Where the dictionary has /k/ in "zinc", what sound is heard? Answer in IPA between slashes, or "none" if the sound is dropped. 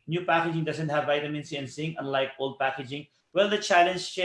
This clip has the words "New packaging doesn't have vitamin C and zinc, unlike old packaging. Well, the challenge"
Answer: none